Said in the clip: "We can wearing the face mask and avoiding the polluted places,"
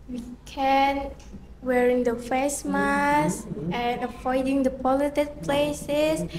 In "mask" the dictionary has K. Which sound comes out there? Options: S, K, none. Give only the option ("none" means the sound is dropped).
none